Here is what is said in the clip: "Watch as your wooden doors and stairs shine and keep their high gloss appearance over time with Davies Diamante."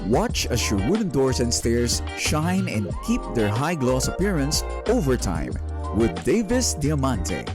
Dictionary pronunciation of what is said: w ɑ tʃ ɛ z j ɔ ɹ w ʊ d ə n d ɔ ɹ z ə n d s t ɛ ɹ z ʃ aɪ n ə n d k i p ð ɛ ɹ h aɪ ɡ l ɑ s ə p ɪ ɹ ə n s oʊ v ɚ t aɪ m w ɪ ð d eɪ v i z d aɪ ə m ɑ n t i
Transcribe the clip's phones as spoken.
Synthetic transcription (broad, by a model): w ɑ tʃ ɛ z j ɔ ɹ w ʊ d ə n d ɔ ɹ s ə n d s t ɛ ɹ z ʃ aɪ n ə n d k i p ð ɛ ɹ h aɪ ɡ l ɑ s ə p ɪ ɹ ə n s oʊ v ɚ t aɪ m w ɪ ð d eɪ v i s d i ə m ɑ n t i